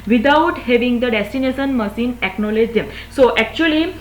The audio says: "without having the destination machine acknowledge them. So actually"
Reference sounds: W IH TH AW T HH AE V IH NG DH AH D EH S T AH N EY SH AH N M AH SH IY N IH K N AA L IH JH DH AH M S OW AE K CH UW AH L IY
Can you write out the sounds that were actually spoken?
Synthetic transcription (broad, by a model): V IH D AW T HH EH V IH NG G AH D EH S T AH N EY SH AH N M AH S IY N IH K N AA L IH JH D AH M S OW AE K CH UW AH L IY